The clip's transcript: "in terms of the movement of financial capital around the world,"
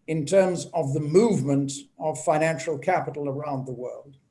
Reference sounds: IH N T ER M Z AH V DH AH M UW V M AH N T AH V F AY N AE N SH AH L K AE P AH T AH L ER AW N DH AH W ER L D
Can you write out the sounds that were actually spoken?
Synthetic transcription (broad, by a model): IH N T ER M Z AH V DH AH M UW V M AH N T AH V F AY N AE N SH L K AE P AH T L ER AW N DH AH W ER L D